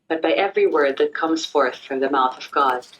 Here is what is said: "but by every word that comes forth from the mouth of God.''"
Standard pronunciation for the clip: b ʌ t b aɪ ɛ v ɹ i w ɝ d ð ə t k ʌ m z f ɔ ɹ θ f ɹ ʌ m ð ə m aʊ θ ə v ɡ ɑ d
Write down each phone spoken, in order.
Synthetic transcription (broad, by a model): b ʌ t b aɪ ɛ v ɹ i w ɝ d ð ə t k ʌ m z f ɔ ɹ θ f ɹ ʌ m ð ə m aʊ θ ə v ɡ ɑ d